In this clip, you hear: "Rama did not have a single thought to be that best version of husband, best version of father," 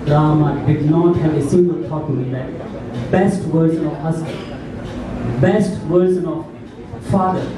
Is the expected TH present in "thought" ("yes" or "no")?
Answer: no